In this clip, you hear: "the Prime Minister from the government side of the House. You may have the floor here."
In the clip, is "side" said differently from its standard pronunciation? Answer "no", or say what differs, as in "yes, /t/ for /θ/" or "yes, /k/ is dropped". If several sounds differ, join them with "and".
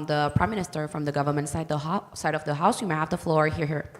no